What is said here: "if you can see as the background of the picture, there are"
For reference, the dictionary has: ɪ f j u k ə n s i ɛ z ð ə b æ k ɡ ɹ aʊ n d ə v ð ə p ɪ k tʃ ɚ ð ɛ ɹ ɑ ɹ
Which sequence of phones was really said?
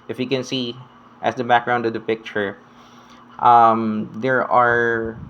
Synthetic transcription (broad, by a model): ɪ f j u k ə n s i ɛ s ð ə b æ k ɡ ɹ aʊ n d ə v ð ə p ɪ k tʃ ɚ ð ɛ ɹ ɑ ɹ